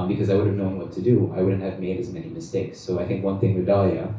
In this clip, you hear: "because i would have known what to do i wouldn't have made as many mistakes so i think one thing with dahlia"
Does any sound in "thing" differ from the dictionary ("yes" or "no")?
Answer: no